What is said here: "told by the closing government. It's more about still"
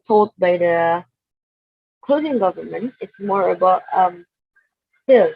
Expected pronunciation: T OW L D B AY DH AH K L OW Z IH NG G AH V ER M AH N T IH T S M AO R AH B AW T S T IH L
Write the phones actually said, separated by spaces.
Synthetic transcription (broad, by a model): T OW L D B AY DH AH K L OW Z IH NG G AH V ER M AH N T IH T S M AO R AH B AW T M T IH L